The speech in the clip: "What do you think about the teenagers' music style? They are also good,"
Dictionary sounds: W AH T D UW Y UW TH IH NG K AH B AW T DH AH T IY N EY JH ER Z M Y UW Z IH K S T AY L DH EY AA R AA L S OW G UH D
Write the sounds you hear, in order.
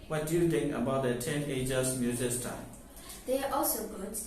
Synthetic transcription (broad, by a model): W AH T D UW Y UW T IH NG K AH B AW T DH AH T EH N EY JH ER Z M Y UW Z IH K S T AY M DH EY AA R AA L S OW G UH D